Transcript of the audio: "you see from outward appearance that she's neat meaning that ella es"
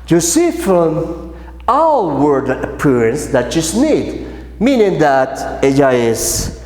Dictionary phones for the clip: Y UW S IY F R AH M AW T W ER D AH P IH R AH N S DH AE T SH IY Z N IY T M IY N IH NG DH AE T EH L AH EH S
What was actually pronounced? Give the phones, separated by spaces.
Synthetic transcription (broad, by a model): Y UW S IY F R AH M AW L W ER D AH P IH R AH N S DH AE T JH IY S N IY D M IY N IH NG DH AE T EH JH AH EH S